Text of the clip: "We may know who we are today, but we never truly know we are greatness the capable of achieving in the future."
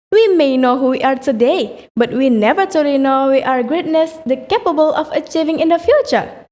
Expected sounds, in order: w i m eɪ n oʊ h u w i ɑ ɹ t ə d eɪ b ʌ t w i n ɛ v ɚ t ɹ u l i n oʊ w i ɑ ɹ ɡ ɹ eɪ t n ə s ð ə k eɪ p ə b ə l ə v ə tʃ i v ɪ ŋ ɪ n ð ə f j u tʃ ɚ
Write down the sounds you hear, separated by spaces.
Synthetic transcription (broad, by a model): w i m eɪ n oʊ h u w i ɑ ɹ t ə d eɪ b ʌ t w i n ɛ v ɚ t u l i n oʊ w i ɑ ɹ ɡ ɹ eɪ t n ə s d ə k eɪ p ə b ə l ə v ə tʃ i v ɪ ŋ ɪ n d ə f j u tʃ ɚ